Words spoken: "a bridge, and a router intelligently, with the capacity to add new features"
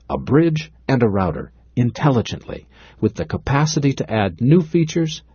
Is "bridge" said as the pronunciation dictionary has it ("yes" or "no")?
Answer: yes